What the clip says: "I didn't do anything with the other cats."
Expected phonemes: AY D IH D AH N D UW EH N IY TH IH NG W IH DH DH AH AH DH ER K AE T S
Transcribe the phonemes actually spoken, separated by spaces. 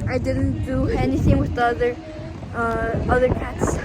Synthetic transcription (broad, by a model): AY D IH D N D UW EH N IY TH IH NG W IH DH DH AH AH DH ER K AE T S